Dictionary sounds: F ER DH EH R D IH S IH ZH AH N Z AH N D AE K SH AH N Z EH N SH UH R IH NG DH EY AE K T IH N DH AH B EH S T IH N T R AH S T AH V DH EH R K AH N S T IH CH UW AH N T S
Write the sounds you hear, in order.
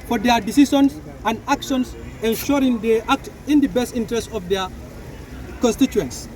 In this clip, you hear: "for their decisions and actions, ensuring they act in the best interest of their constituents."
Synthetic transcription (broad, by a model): F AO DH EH D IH S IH SH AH N S AH N D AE K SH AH N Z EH N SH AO R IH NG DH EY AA K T IH N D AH B EH S T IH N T R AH S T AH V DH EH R K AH N S T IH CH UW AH N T S